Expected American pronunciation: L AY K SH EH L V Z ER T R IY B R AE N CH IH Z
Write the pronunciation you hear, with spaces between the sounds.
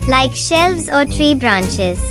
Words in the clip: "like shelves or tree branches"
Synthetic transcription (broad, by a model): L AY K SH EH L V Z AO T R IY B R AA N CH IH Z